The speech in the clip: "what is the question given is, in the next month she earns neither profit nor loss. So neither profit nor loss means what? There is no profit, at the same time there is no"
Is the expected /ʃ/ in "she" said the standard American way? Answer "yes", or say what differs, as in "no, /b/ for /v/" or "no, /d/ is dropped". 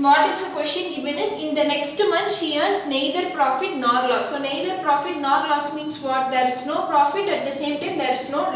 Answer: yes